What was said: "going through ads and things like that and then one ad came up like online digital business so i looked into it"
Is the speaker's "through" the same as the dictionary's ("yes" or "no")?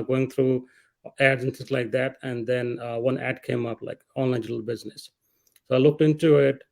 no